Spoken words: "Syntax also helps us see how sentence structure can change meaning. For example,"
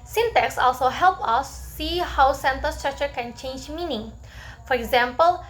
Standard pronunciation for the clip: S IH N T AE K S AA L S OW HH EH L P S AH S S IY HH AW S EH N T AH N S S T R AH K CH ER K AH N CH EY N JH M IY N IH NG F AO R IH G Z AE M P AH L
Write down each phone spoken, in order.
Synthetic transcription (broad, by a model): S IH N T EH K S AA L S OW HH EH L P AH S S IY HH AW S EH N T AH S S T R AH K CH ER K AH N CH EY N JH M IY N IH NG F AO R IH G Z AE M P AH L